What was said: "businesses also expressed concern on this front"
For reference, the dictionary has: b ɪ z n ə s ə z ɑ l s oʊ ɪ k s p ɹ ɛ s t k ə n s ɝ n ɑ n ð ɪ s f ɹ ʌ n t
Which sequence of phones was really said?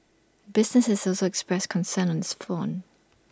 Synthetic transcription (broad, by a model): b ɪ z n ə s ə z ɑ l s oʊ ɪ k s p ɹ ɛ s k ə n s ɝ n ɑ n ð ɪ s f ɔ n